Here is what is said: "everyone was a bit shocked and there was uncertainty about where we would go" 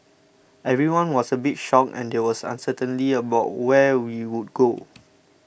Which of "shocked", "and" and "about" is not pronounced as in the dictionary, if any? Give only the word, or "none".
shocked